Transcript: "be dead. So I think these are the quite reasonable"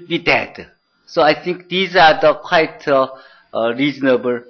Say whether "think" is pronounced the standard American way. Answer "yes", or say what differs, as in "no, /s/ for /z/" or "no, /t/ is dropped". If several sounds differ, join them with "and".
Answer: no, /t/ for /θ/